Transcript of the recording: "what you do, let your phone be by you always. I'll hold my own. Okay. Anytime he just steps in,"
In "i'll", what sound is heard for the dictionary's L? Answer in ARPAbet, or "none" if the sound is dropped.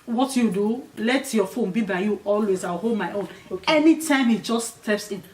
W